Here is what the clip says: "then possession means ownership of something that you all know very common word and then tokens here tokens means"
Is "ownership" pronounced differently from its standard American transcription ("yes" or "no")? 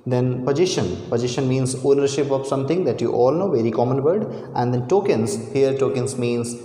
no